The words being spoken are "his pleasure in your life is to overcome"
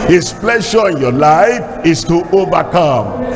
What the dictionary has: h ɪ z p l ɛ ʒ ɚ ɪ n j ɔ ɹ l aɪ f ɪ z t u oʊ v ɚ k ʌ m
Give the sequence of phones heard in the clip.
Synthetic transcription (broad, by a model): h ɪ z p l ɛ ʃ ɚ ɪ n j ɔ l aɪ f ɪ s t u oʊ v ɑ k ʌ m